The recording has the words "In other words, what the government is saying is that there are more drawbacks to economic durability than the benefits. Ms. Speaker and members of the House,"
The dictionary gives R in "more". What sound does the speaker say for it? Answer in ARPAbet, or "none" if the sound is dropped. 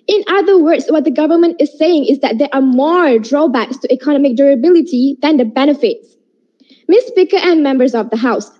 R